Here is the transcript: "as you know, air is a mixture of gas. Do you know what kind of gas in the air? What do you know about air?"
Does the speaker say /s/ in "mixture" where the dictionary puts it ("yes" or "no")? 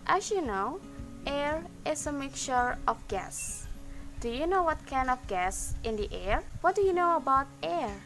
no